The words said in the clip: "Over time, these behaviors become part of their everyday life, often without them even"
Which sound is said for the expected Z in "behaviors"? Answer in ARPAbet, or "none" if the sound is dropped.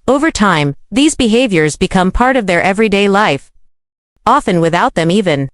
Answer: Z